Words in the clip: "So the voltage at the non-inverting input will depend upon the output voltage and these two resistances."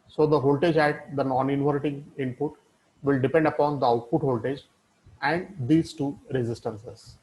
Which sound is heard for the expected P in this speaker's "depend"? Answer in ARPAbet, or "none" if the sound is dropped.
P